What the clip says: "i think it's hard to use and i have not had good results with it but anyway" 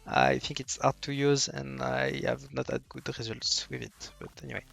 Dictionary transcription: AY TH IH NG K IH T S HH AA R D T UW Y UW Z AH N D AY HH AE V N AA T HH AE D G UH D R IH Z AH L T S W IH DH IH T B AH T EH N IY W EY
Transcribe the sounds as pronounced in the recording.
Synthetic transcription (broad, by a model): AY TH IH NG K IH T S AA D T UW Y UW Z AH N D AY HH AE V N AA T HH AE D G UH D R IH Z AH L T S W IH DH IH T B AH T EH N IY W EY